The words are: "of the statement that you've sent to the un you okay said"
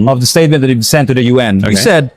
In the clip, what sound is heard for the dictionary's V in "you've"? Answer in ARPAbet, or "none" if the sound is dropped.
B